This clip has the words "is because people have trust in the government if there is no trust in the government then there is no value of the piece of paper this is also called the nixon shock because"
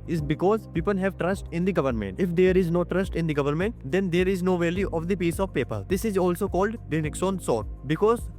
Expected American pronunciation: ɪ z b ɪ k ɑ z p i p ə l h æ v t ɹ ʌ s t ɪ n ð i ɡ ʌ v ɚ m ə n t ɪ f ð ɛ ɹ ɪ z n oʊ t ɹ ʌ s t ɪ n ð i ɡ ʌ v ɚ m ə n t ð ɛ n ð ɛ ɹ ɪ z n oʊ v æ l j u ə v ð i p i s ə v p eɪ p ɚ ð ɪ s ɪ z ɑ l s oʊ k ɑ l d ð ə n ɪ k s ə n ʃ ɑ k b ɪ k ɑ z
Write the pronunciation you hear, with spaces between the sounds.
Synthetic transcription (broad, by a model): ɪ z b ɪ k ɑ z p i p ə l h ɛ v t ɹ ʌ s t ɪ n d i ɡ ʌ v ɚ m ə n t ɪ f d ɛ ɹ ɪ z n oʊ t ɹ ʌ s t ɪ n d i ɡ ʌ v ɚ m ə n t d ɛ n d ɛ ɹ ɪ z n oʊ v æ l j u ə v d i p i s ə v p eɪ p ɚ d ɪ s ɪ z ɑ l s oʊ k ɑ l d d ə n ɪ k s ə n s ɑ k b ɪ k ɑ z